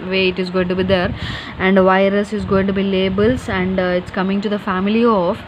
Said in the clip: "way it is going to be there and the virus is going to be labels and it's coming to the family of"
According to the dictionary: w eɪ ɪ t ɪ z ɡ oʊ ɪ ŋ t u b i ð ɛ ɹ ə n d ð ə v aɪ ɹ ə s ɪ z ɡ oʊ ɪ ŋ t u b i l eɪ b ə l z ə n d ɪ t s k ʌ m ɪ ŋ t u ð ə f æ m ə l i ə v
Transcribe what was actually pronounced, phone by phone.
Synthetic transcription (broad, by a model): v eɪ ɪ t ɪ z ɡ oʊ ɪ ŋ t u b i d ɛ ɹ ə n d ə v aɪ ɹ ə s ɪ z ɡ oʊ ɪ ŋ t u b i l eɪ b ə l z ə n d ɪ t s k ʌ m ɪ ŋ t u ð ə f æ m ə l i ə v